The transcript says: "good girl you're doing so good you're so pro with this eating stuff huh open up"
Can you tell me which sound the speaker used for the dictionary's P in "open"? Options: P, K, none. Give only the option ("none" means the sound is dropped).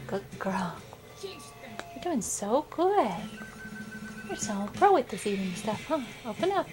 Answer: P